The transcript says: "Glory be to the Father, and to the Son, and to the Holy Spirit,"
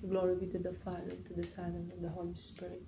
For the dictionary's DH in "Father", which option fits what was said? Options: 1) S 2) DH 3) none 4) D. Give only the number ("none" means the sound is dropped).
3